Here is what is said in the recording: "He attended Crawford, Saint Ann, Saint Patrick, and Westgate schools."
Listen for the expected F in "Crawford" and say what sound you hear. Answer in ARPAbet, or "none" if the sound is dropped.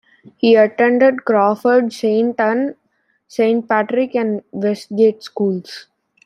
F